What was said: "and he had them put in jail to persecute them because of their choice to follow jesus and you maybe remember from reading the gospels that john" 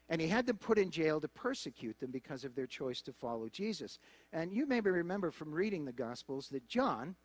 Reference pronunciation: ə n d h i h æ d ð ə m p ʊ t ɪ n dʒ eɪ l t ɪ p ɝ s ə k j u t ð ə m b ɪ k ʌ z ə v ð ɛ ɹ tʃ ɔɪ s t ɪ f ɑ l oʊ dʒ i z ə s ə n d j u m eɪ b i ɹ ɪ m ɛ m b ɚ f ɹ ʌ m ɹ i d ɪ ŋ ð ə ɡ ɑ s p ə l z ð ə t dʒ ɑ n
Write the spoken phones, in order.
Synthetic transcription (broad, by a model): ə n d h i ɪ d ð ə m p ʊ t ɪ n dʒ eɪ l t ɪ p ɝ s ə k j u t ð ə m b ɪ k ʌ z ə v ð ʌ ɹ tʃ ɔɪ s t ɪ f ɑ l oʊ dʒ i z ə s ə n j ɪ m eɪ b i ɹ ɪ m ɛ m b ɚ f ɹ ʌ m ɹ i d ɪ ŋ ð ə ɡ ɑ s p l z ð ə t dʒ ɑ n